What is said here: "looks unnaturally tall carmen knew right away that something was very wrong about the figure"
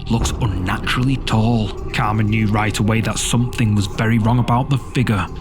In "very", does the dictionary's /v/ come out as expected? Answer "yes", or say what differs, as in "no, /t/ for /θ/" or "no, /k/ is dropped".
yes